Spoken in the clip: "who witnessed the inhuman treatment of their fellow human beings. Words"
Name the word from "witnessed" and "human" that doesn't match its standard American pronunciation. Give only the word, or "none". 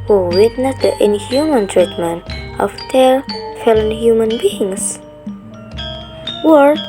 witnessed